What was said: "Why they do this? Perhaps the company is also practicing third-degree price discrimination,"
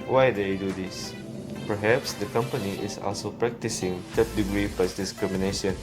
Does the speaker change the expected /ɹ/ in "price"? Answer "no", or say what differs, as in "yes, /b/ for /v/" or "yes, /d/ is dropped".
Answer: yes, /ɹ/ is dropped